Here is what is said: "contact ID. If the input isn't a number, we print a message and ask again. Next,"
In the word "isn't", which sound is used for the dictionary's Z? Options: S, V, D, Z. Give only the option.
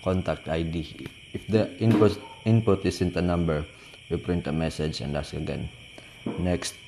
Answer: S